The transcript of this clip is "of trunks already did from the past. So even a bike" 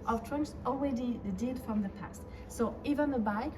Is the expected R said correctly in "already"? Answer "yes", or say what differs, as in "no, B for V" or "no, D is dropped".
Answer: no, W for R